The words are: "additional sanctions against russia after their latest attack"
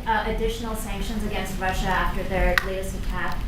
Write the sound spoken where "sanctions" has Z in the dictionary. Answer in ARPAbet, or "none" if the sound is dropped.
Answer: Z